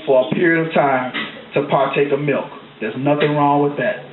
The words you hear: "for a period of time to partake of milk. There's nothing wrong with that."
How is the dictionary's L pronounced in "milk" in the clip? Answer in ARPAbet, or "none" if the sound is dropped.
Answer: L